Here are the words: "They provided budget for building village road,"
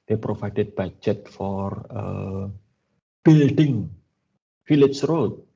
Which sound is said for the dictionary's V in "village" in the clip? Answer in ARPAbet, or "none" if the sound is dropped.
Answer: F